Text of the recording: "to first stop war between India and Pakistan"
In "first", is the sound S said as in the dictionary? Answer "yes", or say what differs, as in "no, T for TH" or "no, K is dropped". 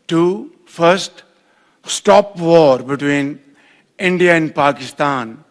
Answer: yes